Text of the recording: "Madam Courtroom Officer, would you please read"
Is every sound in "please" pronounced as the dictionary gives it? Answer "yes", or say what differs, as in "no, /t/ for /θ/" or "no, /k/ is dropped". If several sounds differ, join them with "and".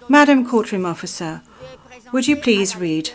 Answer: yes